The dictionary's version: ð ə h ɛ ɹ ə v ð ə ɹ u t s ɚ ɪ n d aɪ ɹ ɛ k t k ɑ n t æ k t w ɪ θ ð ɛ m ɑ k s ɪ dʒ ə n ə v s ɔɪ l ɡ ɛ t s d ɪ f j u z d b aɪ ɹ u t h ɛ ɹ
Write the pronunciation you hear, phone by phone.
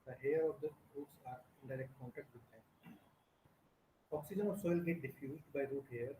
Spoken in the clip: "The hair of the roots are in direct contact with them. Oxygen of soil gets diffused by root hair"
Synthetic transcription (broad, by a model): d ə h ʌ ɹ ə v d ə ɹ u t s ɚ ɪ n d aɪ ɹ ɛ k t k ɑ n t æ k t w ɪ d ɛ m ɑ k s ɪ dʒ ə n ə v s ɔɪ l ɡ ɛ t d ɪ f j u z d b aɪ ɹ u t h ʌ ɹ